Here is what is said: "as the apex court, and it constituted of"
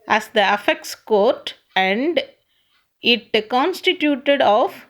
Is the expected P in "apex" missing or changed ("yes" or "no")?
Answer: yes